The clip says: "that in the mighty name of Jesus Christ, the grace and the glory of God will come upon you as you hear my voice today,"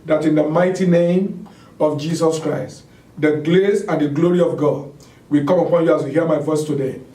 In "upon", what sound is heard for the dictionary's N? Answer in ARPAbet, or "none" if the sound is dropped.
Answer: N